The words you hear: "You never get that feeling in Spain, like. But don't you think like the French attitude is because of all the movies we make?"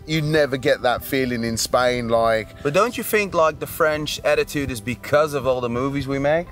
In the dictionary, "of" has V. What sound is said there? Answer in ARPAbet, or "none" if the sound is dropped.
V